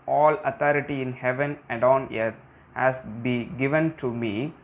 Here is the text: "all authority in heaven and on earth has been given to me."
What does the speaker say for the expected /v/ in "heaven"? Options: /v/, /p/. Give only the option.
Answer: /v/